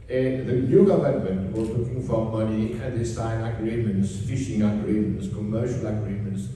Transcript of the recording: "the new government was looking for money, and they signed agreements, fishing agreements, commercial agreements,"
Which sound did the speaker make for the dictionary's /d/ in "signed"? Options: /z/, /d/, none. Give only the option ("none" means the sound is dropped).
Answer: none